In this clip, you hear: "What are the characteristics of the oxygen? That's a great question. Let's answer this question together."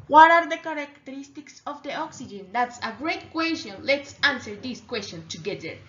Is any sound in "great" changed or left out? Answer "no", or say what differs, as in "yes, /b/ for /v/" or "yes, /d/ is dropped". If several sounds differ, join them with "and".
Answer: no